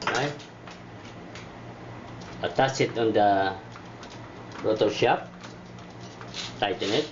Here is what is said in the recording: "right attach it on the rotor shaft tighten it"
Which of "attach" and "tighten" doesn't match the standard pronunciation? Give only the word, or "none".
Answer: attach